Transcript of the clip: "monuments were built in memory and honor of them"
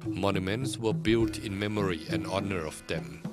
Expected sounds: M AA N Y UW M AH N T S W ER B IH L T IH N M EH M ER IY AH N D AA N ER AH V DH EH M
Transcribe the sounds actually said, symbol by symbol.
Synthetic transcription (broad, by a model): M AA N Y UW M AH N T S W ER B IH L T IH N M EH M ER IY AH N AA N ER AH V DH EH M